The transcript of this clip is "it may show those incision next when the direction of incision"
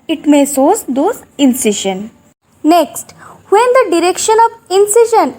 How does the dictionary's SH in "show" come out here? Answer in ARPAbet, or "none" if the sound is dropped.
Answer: S